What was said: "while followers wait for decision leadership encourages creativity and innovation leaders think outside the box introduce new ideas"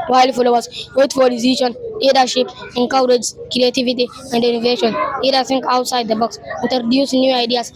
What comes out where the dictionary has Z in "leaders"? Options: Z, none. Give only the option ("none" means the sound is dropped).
none